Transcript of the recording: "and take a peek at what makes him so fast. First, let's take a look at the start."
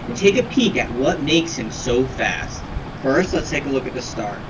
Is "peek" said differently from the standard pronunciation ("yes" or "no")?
no